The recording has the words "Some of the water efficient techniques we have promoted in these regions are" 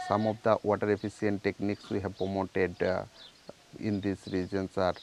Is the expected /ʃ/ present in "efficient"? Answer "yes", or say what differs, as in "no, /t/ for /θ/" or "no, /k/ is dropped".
no, /s/ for /ʃ/